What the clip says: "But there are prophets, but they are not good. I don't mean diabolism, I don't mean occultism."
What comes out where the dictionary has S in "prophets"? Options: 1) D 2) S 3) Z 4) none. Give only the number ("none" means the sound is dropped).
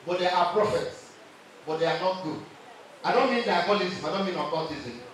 2